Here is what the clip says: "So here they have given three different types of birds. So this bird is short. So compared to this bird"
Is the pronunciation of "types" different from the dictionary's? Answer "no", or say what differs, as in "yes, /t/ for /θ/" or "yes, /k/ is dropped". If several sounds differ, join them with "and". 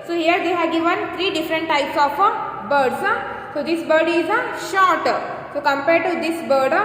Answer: no